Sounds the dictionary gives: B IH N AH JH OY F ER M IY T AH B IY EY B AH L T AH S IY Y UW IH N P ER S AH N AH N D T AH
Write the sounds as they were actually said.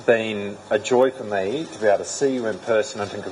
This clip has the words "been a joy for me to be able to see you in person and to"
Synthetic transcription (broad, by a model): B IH N AH JH OY F ER M IY T AH B IY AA AH T AH S IY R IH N P ER S AH N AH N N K